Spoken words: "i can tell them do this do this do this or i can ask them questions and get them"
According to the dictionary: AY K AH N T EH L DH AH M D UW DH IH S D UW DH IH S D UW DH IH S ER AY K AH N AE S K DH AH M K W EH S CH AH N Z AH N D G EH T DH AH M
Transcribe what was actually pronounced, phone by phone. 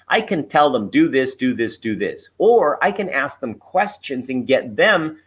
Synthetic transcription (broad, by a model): AY K AH N T EH L DH AH M D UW DH IH S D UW DH IH S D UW DH IH S ER AY K AH N AE S K DH AH M K W EH S CH AH N Z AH N G EH T DH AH M